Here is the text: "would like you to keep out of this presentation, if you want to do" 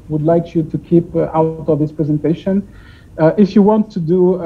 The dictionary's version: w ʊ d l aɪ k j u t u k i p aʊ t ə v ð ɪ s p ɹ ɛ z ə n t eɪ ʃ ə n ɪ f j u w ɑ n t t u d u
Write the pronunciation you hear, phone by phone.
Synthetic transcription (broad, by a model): w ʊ d l aɪ k j u t u k i p aʊ t ə v ð ɪ s p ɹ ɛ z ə n t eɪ ʃ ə n ɪ f j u w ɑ n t t u d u